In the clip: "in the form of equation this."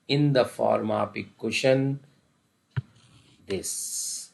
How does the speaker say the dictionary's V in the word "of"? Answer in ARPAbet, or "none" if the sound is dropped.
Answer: P